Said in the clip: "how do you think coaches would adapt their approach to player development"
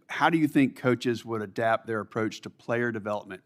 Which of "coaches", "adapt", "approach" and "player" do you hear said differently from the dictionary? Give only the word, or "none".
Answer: none